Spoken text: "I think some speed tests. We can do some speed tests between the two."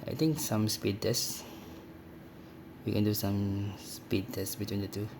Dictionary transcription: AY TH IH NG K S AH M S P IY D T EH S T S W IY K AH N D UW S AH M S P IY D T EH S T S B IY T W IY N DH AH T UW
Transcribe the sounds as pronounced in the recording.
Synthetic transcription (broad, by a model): AY T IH NG K S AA M S P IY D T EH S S W IY K AH N D UW S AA M S P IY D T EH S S B IY T W IY N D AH T UW